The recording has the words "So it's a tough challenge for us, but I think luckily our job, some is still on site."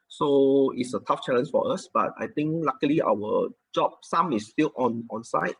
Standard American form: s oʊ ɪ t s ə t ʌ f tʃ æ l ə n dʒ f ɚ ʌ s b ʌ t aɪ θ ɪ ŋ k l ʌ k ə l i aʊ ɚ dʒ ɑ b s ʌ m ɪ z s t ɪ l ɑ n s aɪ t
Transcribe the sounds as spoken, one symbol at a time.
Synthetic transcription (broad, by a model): s oʊ ɪ t s ə t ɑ f tʃ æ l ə n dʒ f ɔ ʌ s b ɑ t aɪ t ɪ ŋ k l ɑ k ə l i aʊ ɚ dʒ ɑ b s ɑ m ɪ s t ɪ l ɑ n s aɪ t